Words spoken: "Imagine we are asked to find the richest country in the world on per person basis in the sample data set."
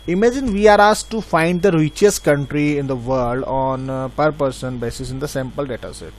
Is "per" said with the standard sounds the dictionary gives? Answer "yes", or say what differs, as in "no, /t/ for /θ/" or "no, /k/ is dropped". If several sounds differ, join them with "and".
yes